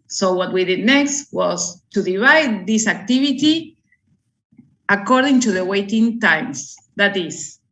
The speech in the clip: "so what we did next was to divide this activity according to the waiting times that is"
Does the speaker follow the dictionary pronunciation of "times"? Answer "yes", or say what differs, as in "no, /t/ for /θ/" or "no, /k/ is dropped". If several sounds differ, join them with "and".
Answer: no, /s/ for /z/